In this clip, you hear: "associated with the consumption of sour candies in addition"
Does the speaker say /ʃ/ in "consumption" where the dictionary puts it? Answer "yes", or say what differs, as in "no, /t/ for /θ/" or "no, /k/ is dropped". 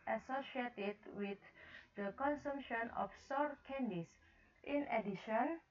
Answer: yes